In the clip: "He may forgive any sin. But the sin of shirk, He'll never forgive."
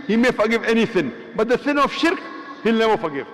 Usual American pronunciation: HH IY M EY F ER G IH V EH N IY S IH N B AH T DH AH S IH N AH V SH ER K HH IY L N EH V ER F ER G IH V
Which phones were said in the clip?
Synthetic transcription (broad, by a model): HH IY M EY F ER G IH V EH N IY S IH N B AH T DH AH S IH N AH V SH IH K HH IY L N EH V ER F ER G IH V